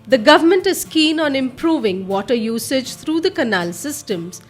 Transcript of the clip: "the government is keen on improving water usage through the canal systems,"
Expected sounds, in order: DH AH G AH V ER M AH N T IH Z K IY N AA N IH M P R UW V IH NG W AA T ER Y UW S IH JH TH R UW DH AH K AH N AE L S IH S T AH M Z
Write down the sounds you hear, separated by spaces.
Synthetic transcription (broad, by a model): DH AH G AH V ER M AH N T IH Z K IY N AA N IH M P R UW V IH NG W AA T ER Y UW S IH JH T R UW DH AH K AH N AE L S IH S T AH M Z